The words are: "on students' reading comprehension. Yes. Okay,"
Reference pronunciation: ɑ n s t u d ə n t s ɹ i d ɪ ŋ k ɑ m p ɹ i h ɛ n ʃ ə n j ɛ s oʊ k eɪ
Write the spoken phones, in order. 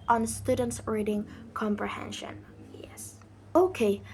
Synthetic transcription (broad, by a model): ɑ n s t u d ə n t s ɹ i d ɪ ŋ k ɑ m p ɹ i h ɛ n ʃ ə n j ɛ s oʊ k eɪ